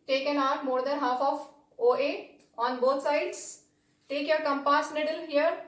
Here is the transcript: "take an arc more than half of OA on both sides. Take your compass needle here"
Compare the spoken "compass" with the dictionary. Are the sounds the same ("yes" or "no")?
yes